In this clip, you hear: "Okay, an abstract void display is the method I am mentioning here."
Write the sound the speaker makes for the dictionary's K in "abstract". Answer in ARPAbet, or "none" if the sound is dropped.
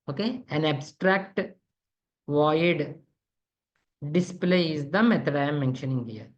K